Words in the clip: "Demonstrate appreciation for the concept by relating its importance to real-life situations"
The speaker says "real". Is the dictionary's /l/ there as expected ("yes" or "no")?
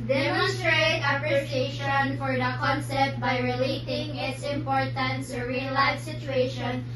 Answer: no